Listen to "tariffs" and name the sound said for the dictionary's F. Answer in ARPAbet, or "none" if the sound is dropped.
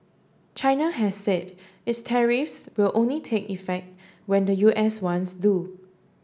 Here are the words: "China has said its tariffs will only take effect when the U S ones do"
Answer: F